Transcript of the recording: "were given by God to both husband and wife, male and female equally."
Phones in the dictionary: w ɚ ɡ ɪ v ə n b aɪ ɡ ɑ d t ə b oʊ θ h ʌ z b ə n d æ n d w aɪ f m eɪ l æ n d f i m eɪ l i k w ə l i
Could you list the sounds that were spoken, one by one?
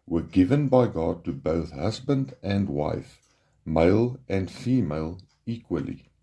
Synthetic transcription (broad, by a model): w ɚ ɡ ɪ v ə n b aɪ ɡ ɑ d t ə b oʊ θ h ʌ z b ə n d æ n d w aɪ f m eɪ l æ n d f i m eɪ l i k w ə l i